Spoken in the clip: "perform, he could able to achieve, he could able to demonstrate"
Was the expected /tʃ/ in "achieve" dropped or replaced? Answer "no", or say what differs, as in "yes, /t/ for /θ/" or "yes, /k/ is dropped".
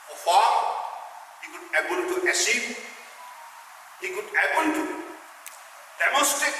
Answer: yes, /s/ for /tʃ/